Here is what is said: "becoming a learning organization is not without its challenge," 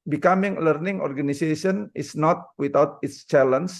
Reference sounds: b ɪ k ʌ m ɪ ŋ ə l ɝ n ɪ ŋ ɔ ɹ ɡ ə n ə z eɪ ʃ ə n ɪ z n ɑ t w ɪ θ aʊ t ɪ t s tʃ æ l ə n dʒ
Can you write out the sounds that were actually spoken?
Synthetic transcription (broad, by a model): b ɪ k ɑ m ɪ ŋ l ɝ n ɪ ŋ ɔ ɹ ɡ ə n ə s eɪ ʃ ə n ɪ s n ɑ t w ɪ t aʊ t ɪ t s tʃ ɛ l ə n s